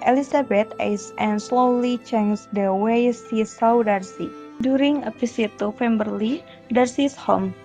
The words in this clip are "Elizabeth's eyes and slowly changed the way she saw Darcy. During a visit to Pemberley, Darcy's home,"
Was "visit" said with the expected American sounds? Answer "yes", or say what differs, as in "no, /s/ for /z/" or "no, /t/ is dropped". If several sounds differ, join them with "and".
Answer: no, /p/ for /v/ and /s/ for /z/